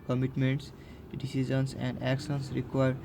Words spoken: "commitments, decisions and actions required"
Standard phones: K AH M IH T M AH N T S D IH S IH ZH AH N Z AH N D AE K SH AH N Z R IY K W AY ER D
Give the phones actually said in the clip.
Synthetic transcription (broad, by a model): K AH M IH T M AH N T S D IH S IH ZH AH N S AH N D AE K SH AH N S R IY K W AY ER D